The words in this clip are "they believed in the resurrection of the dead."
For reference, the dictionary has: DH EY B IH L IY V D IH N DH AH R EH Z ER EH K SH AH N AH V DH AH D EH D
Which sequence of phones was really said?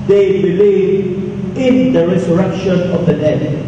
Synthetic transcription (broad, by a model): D EY B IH L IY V IH N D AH R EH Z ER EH K SH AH N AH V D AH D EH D